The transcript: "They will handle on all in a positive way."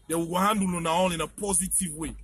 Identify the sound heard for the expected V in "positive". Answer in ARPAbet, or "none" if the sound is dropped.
V